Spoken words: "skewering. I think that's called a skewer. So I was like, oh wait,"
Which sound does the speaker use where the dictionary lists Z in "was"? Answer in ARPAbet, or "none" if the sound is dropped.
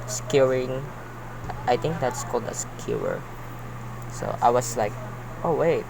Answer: S